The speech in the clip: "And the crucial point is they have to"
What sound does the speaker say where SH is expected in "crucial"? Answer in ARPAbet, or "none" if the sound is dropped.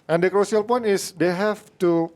S